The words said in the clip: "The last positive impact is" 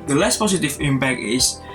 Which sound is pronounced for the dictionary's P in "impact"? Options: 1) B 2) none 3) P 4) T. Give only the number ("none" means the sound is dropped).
1